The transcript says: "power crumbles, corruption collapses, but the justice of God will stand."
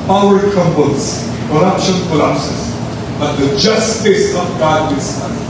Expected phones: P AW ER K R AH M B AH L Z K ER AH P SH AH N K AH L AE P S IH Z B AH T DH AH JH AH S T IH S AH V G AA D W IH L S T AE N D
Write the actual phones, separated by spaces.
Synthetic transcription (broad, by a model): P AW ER K AH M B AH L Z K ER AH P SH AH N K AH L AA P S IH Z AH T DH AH JH AH S T IH S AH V G AA D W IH N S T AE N